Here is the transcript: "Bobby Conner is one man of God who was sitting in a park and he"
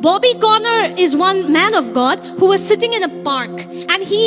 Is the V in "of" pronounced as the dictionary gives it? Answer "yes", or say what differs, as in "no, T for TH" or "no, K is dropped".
yes